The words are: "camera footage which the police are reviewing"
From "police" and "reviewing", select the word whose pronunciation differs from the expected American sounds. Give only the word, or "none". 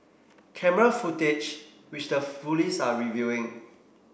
police